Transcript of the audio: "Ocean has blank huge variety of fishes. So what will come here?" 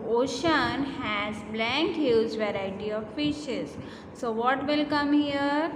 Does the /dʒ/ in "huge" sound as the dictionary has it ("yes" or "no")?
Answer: no